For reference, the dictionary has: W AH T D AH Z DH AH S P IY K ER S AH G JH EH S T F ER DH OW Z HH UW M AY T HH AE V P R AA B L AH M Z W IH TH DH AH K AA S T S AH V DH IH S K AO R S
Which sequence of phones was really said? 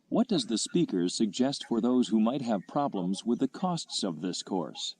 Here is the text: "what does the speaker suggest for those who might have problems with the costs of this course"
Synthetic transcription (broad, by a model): W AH T D AH Z DH AH S P IY K ER S AH G JH EH S T F ER DH OW Z HH UW M AY T HH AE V P R AA B L AH M Z W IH DH AH K AA S T S AH V DH IH S K AO R S